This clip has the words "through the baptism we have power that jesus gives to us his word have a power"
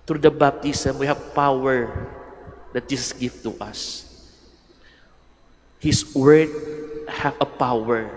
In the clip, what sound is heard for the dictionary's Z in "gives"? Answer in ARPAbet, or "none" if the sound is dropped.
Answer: none